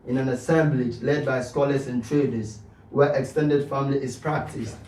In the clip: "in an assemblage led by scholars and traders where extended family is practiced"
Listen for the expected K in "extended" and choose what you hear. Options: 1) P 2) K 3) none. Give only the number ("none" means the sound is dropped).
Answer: 2